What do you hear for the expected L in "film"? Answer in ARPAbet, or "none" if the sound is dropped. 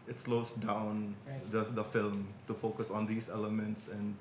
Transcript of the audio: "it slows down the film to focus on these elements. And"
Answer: L